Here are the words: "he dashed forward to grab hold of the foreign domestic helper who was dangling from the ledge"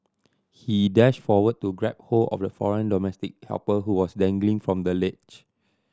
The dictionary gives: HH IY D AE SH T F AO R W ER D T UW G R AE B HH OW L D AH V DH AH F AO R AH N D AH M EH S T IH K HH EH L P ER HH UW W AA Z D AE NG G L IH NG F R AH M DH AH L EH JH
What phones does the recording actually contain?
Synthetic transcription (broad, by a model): HH IY D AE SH T F AO W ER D T UW G R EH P HH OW L AH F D AH F AO R AH N D AH M EH S T IH K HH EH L P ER HH UW W AA S D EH NG G L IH NG F R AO M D AH L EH CH